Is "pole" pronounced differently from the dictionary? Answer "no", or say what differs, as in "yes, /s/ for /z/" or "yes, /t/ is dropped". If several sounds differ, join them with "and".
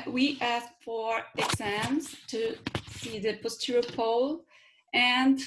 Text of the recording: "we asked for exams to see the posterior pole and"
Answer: no